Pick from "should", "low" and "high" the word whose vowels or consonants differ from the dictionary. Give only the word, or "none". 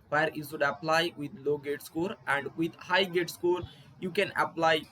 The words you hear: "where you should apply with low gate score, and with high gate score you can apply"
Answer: should